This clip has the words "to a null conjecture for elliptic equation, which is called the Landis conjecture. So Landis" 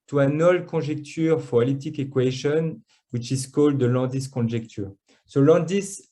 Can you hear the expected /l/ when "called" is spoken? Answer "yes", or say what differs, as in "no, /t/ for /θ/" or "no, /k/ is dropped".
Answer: yes